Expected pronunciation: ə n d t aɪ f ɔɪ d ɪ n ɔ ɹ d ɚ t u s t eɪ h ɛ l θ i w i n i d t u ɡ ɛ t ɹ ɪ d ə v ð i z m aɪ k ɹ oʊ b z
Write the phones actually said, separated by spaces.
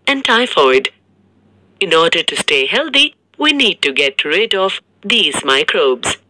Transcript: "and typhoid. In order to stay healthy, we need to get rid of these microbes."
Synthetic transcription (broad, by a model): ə n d t aɪ f ɔɪ d ɪ n ɔ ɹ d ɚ t u s t eɪ h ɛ l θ i w i n i d t u ɡ ɛ t ɹ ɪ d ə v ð i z m aɪ k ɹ oʊ b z